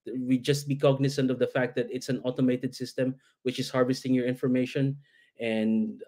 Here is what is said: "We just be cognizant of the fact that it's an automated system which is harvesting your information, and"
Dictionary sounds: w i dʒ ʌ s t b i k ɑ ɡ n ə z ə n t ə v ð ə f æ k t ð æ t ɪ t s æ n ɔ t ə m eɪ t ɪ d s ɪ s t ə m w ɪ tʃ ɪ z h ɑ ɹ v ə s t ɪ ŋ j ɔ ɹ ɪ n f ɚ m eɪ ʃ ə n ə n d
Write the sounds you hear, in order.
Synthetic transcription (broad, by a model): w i dʒ ʌ s t b i k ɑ ɡ n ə s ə n t ə v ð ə f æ k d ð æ t ɪ t s æ n ɔ t ə m eɪ t ɪ d s ɪ s t ə m w ɪ tʃ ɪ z h ɑ ɹ v ə s t ɪ ŋ j ɔ ɹ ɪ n f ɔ m eɪ ʃ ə n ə n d